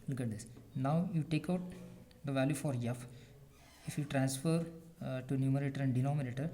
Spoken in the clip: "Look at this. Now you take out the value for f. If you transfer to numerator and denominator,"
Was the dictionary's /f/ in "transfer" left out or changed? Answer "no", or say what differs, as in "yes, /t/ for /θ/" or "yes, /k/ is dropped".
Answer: no